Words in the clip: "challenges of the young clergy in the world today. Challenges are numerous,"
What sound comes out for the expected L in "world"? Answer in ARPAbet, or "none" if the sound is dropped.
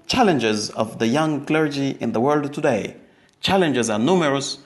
L